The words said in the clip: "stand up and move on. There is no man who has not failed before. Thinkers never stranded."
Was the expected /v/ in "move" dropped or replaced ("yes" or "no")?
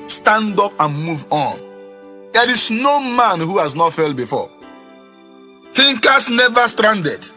no